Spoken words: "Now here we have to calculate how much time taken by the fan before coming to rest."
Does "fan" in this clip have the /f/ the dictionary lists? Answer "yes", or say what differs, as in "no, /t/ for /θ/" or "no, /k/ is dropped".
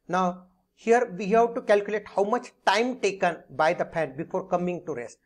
no, /p/ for /f/